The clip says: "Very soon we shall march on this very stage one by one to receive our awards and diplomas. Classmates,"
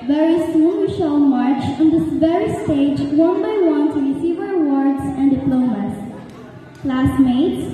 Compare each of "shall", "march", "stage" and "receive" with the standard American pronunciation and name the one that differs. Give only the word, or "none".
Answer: shall